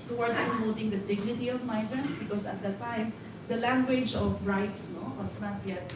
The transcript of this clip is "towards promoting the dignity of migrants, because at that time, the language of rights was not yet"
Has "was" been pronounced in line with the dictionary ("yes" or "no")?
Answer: no